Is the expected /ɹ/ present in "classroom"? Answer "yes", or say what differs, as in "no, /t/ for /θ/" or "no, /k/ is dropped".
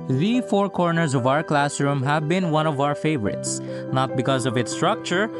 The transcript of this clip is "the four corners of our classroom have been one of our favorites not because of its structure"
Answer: yes